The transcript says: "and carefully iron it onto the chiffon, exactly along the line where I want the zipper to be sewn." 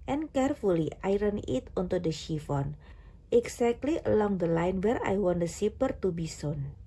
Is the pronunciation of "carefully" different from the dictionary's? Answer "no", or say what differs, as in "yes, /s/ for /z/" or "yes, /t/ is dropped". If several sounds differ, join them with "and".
no